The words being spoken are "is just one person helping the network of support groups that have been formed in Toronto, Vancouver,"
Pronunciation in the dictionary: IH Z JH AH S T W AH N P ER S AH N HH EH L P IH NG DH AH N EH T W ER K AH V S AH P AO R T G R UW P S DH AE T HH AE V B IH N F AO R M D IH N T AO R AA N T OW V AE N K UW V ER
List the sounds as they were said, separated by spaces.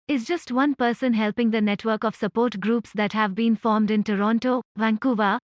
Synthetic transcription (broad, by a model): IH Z JH AH S T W AH N P ER S AH N HH EH L P IH NG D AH N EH T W ER K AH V S AH P AO R T G R UW P S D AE T HH AE V B IH N F AO R M D IH N T AO R AA N T OW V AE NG K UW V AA